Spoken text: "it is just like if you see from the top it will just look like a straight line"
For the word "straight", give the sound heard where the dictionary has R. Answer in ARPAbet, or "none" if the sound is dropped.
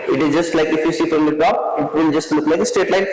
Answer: none